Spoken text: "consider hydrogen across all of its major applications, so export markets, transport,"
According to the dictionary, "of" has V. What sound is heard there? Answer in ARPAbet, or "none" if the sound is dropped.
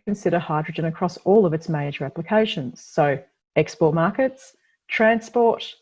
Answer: V